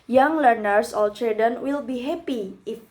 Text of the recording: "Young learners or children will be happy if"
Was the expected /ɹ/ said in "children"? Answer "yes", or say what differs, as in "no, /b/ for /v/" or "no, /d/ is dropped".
no, /ɹ/ is dropped